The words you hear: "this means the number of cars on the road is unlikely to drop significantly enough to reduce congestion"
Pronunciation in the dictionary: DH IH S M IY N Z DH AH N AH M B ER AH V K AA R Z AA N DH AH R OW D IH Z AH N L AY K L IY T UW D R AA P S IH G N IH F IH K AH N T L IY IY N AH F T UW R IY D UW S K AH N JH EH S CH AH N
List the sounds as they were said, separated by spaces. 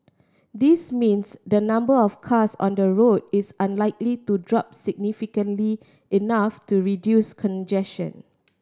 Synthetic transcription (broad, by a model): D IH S M IY N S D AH N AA M B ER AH F K AA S AA N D AH R OW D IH S AH N L AY K L IY T UW D R AA P S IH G N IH F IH K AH N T L IY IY N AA F T UW R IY D UW S K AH N JH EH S SH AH N